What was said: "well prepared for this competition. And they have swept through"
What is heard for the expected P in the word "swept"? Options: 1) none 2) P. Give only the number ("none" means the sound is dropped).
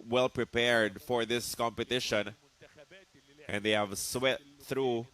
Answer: 1